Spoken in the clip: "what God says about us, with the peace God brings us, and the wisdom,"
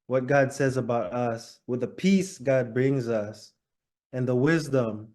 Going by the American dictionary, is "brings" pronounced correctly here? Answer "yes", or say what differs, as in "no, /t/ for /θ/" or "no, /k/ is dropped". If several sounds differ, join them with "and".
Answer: yes